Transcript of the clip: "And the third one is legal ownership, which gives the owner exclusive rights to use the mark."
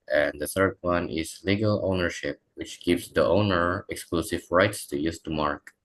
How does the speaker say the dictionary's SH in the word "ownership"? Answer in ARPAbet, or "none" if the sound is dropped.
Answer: SH